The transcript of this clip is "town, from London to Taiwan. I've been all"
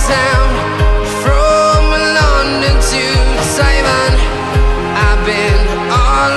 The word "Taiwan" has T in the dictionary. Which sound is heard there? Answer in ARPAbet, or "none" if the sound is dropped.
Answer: S